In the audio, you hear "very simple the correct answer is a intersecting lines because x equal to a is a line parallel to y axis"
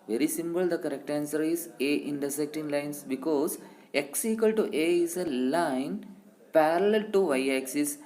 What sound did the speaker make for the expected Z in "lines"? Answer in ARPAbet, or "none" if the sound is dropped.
S